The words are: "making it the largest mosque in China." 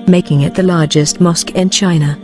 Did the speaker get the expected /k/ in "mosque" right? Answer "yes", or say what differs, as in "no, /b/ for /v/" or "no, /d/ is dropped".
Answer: yes